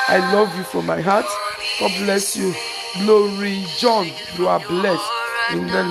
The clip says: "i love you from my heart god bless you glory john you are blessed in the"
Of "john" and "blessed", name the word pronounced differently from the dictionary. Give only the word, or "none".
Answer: blessed